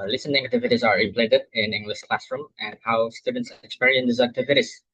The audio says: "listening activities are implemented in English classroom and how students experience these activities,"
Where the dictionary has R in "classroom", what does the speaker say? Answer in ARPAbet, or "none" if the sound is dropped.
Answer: R